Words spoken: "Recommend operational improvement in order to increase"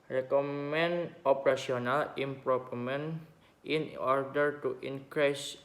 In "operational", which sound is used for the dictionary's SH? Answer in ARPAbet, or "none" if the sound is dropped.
S